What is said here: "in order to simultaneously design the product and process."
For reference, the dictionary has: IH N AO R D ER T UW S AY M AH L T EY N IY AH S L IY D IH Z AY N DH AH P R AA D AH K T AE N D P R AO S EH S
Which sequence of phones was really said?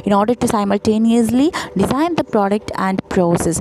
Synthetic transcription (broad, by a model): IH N AO R D ER T UW S AY M AH L T EY N IY AH S L IY D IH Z AY N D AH P R AA D AH K T AE N D P R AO S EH S